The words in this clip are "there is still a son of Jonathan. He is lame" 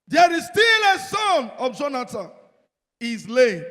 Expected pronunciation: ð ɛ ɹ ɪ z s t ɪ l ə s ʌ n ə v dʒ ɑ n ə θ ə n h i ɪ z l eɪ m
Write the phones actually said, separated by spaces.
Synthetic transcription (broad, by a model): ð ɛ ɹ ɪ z s t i l ə s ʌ n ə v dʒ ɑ n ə t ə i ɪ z l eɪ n